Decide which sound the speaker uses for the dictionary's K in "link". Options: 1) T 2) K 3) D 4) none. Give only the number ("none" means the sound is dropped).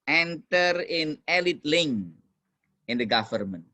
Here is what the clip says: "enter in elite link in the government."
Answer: 4